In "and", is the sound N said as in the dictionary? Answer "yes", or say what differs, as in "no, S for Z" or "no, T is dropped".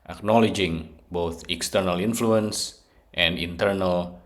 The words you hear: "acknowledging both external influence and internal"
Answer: yes